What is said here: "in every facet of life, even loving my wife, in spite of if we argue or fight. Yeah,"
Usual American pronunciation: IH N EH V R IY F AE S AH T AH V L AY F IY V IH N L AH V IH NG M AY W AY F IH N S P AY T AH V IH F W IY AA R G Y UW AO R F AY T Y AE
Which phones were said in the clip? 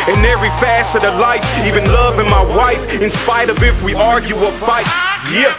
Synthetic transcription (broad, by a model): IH N EH V R IY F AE S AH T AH L AY F IY V IH N L AH V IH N M AY W AY F IH N S P AY T AH V IH F W IY AA R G Y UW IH L F AY T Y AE